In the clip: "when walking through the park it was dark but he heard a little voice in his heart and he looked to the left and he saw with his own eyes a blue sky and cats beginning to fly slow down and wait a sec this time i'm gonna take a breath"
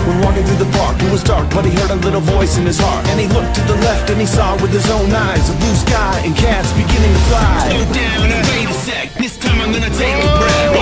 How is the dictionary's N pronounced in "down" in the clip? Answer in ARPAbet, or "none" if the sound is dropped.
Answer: none